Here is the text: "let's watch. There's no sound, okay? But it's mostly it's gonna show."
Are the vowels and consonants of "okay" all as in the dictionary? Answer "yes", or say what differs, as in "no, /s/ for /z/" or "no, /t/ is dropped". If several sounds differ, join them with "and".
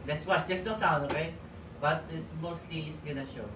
no, /k/ is dropped